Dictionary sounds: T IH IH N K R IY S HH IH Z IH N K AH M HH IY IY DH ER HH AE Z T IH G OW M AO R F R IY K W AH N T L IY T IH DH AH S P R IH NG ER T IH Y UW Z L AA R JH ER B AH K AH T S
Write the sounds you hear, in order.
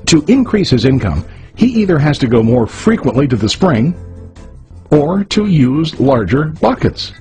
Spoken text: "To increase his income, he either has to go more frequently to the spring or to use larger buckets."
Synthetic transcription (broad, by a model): T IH IH N K R IY S HH IH Z IH N K AH M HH IY IY DH ER HH AE Z T IH G OW M AO R F R IY K W AH N T L IY T IH DH AH S P R IH NG ER T IH Y UW Z L AA R JH ER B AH K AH T S